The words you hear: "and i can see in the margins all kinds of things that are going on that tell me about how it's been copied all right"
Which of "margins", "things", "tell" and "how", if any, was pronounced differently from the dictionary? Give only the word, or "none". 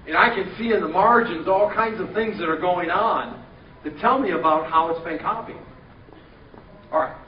none